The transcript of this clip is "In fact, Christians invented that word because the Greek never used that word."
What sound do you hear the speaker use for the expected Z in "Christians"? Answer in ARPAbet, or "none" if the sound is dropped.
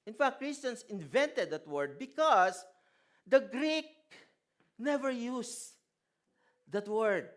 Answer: S